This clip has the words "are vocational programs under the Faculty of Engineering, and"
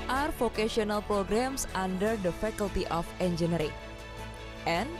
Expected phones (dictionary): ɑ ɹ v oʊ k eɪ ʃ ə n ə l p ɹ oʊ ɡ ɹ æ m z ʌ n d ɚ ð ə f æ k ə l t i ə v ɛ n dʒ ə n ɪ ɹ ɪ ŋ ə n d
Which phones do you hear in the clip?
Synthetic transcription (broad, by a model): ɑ ɹ f oʊ k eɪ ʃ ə n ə l p ɹ oʊ ɡ ɹ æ m s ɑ n d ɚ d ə f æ k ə l t i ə f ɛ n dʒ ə n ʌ ɹ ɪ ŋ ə n